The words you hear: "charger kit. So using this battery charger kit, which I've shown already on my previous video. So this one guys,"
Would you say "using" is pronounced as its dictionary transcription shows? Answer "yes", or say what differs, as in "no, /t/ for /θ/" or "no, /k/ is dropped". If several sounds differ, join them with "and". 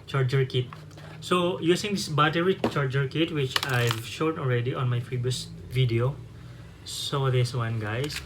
no, /s/ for /z/